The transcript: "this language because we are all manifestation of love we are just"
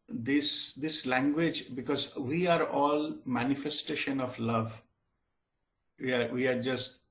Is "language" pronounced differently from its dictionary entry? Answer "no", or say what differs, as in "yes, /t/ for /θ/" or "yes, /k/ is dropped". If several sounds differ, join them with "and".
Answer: no